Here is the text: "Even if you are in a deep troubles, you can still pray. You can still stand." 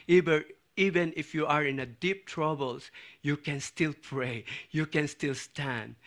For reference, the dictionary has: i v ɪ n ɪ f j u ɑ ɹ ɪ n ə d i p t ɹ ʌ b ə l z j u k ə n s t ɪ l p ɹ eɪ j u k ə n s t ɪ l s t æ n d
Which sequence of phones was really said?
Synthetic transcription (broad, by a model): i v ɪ n ɪ f j u ɑ ɹ ɪ n ə d i p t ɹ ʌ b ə l s j u k ə n s t ɪ l p ɹ eɪ j u k ə n s t ɪ l s t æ n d